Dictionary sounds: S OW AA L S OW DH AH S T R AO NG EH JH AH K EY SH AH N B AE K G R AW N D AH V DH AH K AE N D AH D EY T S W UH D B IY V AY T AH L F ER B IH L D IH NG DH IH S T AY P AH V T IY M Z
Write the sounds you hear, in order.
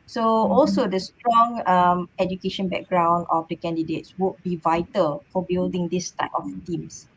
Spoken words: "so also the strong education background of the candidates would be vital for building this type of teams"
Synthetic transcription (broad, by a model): S OW AA L S OW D AH S T R AO NG EH JH AH K EY SH AH N B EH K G R AW N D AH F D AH K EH N D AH D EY T S W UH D B IY V AY T AH L F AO B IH L D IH NG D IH S T AY P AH F T IY M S